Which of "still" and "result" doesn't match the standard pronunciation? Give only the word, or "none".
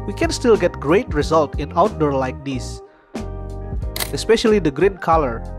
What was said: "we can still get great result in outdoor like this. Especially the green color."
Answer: none